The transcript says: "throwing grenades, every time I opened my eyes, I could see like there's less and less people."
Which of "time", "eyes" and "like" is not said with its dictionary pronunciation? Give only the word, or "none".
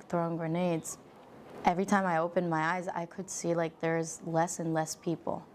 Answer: none